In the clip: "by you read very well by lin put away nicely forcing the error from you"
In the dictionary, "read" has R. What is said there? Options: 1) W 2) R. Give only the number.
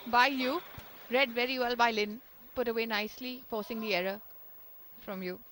2